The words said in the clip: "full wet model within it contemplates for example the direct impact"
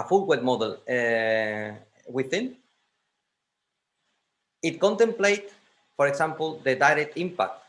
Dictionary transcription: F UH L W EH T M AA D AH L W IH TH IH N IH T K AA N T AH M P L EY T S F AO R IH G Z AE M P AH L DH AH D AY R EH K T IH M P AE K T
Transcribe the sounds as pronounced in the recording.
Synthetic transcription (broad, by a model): F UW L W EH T M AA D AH L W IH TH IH N IH T K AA N T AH M P L EY T F AO R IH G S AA M P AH L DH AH D AY R EH K T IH M P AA K T